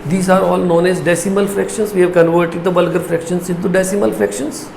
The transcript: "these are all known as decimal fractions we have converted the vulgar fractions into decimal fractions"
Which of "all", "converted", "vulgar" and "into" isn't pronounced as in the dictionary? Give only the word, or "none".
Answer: vulgar